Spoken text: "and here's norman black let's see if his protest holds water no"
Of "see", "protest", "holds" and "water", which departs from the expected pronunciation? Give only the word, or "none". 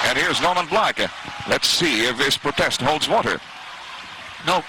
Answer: none